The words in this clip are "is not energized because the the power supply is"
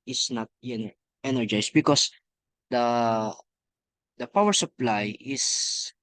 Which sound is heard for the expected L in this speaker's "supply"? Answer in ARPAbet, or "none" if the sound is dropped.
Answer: L